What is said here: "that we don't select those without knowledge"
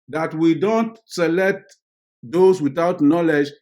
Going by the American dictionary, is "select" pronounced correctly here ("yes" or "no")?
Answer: yes